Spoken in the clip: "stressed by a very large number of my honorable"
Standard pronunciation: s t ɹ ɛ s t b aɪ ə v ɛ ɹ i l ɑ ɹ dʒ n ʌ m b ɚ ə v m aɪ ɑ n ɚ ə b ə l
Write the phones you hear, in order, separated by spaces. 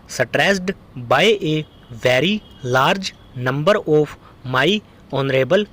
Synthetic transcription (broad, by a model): s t ɹ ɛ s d b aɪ ə v ɛ ɹ i l ɑ ɹ dʒ n ʌ m b ɚ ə p m aɪ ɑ n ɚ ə b ə l